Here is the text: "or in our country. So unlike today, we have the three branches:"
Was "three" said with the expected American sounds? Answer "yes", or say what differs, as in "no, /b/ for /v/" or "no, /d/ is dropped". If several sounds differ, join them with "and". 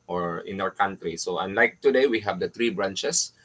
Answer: no, /t/ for /θ/